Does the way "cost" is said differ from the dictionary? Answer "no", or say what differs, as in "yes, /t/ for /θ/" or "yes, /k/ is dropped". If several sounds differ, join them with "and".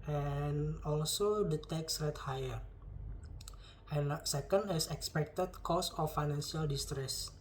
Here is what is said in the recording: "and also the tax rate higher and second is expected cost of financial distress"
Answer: yes, /t/ is dropped